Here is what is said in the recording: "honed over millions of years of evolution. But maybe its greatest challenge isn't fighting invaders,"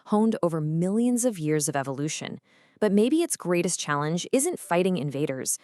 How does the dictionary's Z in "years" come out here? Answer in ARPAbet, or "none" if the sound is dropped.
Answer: Z